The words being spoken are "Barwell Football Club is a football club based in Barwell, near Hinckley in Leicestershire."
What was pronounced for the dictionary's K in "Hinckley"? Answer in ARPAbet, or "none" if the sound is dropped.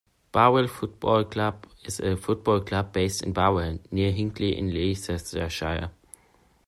K